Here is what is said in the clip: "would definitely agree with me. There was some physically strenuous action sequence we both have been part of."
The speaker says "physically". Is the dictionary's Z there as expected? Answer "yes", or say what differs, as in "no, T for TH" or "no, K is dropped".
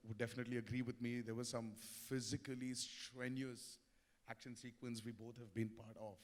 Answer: yes